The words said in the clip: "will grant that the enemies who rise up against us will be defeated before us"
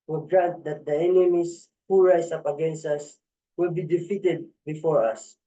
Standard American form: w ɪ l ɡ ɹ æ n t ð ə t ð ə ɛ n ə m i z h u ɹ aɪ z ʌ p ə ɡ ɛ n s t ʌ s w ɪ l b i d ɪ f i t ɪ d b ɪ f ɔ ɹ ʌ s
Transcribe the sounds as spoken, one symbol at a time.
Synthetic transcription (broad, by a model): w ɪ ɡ ɹ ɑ n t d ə t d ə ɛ n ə m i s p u ɹ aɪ s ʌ p ə ɡ ɛ n s t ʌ s w ɪ l b i d ɪ f i t ɪ d b ɪ f ɔ ɹ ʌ s